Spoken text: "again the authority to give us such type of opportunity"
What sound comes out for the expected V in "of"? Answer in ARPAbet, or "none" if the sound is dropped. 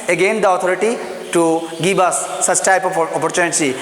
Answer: P